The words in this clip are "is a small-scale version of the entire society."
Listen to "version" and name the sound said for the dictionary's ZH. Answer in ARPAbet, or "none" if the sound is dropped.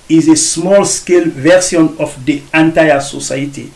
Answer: S